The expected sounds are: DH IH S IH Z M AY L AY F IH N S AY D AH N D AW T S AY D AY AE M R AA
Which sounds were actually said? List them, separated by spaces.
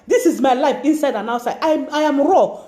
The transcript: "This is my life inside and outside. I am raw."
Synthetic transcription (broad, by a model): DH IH S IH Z M AY L AY F IH N S AY D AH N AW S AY AY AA M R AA